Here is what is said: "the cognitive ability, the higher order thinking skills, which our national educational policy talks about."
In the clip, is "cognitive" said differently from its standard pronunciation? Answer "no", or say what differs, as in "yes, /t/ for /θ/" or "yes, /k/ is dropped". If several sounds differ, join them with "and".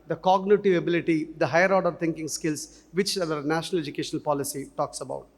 no